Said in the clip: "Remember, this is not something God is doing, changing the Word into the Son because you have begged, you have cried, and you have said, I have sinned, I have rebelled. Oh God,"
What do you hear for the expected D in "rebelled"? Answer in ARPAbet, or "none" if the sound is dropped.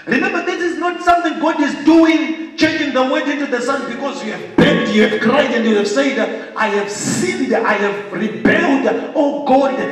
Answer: D